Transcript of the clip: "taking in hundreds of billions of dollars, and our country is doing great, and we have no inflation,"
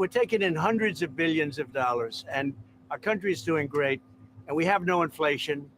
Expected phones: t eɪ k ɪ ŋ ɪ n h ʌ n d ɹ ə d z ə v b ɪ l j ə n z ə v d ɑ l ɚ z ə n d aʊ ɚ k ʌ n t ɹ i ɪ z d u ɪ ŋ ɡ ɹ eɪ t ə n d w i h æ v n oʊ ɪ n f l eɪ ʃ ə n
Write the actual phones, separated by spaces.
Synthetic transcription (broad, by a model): t eɪ k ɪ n ɪ n h ʌ n d ɹ ə d z ə v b ɪ l j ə n z ə v d ɑ l ɚ z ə n aʊ ɚ k ʌ n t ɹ i ɪ z d u ɪ ŋ ɡ ɹ eɪ t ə n w i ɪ v n oʊ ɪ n f l eɪ ʃ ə n